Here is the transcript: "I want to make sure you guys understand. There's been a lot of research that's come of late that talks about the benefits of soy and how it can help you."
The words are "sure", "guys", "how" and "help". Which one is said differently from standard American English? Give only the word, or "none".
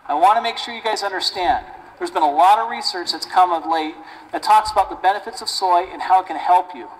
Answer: none